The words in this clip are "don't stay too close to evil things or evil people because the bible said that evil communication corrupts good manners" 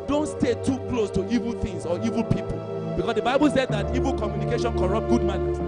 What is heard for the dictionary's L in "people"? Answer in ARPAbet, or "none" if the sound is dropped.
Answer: L